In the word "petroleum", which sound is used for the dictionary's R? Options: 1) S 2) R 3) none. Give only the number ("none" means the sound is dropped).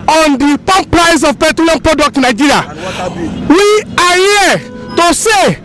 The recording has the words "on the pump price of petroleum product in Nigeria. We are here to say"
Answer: 3